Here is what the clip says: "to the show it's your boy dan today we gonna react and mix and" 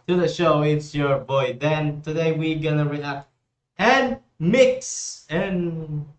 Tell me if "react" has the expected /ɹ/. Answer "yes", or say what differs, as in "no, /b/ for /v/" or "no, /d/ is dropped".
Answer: yes